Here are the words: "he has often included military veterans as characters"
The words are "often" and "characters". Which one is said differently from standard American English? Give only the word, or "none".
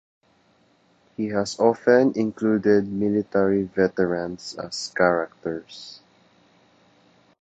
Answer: characters